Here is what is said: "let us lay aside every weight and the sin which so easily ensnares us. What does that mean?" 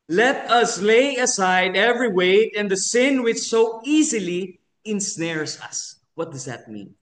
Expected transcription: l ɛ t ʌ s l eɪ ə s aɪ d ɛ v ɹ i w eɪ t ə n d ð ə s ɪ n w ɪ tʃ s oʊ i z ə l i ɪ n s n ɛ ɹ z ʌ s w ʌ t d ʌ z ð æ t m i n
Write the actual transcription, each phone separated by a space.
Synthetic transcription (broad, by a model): l ɛ t ʌ s l eɪ ə s aɪ d ɛ v ɹ i w eɪ t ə n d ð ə s ɪ n w ɪ tʃ s oʊ i z ə l i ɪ n s n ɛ ɹ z ʌ s w ʌ t d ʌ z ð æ t m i n